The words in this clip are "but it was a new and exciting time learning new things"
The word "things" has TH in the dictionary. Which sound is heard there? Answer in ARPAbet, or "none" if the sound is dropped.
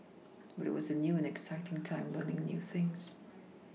TH